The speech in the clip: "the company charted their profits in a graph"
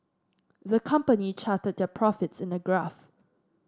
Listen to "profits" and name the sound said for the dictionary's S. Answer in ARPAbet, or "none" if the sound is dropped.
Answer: S